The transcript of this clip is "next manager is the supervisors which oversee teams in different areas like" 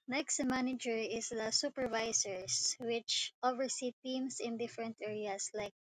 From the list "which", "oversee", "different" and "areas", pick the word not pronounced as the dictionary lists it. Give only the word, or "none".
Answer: areas